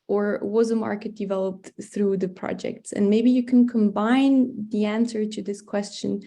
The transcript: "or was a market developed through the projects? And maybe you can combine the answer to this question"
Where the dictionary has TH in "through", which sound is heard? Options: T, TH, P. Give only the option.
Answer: TH